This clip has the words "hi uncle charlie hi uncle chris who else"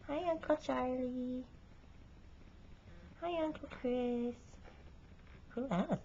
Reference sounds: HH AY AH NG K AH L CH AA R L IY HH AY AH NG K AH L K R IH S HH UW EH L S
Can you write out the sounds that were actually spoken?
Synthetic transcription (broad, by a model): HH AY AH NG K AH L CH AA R L IY HH AY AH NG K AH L K R IH S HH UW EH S